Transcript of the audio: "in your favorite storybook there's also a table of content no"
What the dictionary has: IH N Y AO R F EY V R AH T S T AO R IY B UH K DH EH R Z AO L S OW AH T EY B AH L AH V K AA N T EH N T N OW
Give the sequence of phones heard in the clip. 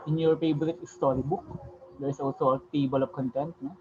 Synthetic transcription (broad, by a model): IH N Y AO R P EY B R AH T S T AO R IY B UH K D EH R S AO L S OW AH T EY B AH L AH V K AA N T EH N T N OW